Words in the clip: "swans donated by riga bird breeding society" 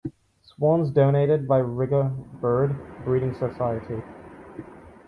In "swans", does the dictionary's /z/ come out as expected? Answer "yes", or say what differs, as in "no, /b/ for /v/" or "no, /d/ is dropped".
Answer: yes